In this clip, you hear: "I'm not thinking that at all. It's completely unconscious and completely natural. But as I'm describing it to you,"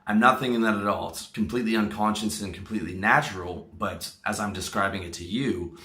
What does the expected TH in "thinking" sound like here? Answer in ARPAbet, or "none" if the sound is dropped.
TH